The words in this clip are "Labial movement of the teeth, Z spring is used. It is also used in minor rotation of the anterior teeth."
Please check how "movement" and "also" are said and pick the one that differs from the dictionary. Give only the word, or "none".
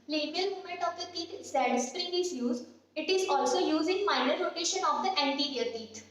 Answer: movement